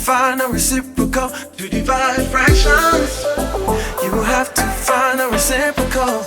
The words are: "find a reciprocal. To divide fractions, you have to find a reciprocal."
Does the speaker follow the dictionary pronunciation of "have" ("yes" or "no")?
no